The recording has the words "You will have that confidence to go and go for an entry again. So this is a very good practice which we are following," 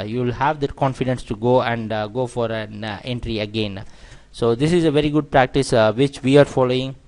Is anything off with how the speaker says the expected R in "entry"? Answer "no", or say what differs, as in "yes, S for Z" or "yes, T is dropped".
no